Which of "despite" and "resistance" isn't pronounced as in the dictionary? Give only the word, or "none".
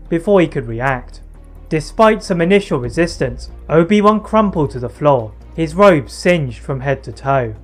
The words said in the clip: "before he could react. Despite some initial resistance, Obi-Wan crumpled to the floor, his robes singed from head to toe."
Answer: none